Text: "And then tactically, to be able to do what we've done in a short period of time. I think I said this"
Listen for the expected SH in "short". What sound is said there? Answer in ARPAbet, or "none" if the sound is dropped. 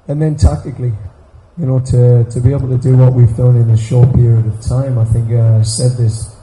SH